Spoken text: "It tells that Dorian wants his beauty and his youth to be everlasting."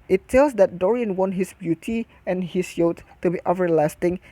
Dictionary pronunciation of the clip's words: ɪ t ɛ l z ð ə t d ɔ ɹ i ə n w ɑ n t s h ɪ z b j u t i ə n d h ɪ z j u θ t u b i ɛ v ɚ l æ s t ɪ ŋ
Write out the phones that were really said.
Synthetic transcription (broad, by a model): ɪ t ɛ l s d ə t d ɔ ɹ i ə n w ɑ n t h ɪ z b j u t i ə n h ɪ s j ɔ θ t u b i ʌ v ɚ l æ s t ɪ ŋ